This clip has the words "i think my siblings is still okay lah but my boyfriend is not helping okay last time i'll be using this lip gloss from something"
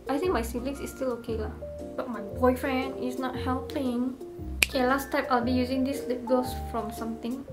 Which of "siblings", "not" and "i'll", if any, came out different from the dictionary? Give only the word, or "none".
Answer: siblings